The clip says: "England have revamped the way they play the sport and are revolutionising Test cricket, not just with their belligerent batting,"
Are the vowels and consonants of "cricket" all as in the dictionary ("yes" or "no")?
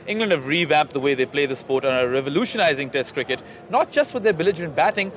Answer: yes